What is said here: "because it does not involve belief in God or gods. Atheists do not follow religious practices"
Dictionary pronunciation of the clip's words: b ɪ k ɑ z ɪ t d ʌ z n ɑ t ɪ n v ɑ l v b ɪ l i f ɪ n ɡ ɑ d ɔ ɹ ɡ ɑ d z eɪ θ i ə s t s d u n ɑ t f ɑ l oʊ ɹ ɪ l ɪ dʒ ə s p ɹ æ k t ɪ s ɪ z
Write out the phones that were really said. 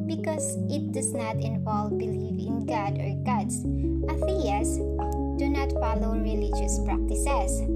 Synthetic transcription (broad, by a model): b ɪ k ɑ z ɪ t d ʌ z n ɑ t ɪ n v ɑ l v b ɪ l i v ɪ n ɡ ɑ d ɔ ɹ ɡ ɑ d s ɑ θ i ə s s d u n ɑ t f ɑ l oʊ ɹ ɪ l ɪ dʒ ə s p ɹ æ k t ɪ s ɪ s